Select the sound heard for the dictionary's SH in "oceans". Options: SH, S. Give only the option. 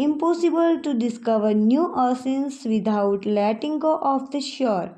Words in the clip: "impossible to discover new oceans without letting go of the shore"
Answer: S